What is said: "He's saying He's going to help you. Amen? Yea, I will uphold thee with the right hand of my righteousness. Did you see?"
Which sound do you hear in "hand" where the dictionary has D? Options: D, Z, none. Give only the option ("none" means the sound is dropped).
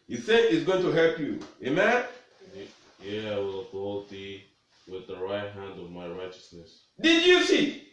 D